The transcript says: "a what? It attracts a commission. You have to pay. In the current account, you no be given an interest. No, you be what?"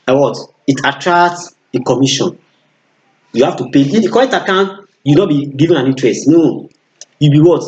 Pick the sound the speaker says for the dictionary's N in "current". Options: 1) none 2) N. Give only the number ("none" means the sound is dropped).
1